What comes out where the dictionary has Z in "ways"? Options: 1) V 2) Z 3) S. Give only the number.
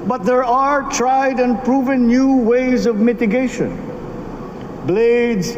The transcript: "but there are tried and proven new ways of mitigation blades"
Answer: 2